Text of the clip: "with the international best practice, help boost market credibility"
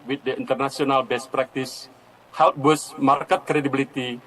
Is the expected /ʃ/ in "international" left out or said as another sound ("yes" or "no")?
yes